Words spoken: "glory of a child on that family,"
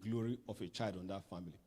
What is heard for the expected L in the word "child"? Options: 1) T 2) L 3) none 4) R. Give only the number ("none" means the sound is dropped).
2